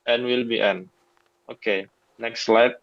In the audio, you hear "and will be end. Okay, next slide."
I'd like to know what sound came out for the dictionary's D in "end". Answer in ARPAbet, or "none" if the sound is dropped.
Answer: none